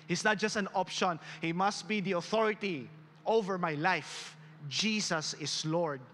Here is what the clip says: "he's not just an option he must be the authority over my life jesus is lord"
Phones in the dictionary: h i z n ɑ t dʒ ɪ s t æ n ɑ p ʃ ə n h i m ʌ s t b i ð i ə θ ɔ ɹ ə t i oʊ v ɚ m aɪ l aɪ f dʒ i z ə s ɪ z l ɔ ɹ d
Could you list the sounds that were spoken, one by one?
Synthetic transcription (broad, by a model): h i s n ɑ t dʒ ɪ s t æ n ɑ p ʃ ə n h i m ʌ s t b i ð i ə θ ɔ ɹ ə t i oʊ v ɚ m aɪ l aɪ f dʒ i s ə s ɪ s l ɔ ɹ d